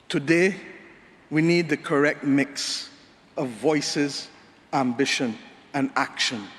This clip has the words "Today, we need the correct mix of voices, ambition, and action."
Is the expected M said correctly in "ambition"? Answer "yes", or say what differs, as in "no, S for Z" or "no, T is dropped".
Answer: yes